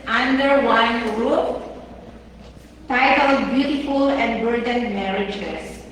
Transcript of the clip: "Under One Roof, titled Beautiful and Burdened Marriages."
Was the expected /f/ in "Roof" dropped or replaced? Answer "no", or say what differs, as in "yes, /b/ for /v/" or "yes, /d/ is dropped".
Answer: yes, /p/ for /f/